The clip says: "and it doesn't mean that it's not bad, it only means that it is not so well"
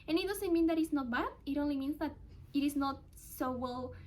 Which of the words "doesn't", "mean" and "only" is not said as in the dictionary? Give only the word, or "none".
doesn't